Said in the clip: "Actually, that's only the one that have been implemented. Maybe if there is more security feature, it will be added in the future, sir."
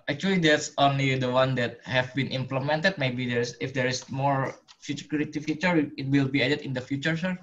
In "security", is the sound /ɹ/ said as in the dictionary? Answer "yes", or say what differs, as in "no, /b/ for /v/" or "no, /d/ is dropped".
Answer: no, /ɹ/ is dropped